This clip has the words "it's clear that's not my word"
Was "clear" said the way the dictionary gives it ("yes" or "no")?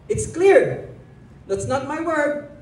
yes